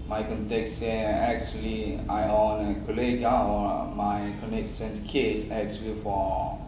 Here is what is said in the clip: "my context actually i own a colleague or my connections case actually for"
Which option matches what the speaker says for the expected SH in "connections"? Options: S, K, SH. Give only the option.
S